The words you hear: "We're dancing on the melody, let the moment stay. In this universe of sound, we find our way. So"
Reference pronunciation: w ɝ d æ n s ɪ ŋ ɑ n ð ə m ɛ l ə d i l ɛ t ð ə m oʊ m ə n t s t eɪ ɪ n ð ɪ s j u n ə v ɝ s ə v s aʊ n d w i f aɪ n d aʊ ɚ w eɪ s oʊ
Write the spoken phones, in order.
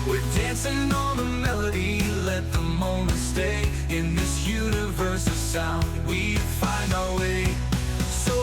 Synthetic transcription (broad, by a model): w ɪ d æ n s ɪ ŋ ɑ l ð ə m ɛ l ə d i l ɛ t ð ə m oʊ m ə n t s t eɪ ɪ n ð ɪ s j u n ə v ɝ s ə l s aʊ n w i f aɪ n d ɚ w eɪ s oʊ